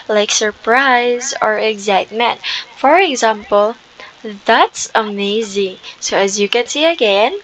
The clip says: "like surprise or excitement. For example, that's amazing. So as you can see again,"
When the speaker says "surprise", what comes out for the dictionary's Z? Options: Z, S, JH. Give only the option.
Z